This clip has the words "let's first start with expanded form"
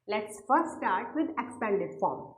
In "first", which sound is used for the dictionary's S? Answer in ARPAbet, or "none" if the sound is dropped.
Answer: none